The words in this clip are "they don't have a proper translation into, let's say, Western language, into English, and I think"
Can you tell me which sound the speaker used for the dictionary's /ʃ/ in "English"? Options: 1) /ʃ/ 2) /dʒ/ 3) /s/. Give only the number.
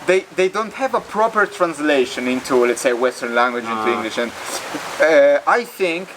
1